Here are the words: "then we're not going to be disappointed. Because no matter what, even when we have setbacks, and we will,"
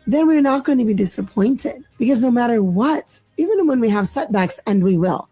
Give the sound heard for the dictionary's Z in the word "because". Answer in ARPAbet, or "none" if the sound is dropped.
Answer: Z